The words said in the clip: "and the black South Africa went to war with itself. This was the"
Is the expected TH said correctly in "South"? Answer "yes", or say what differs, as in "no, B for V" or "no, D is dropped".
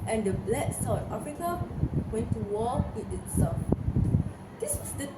no, T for TH